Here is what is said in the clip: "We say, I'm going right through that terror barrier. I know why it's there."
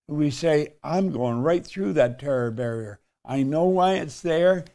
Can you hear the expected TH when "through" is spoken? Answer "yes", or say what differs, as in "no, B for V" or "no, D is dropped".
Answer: yes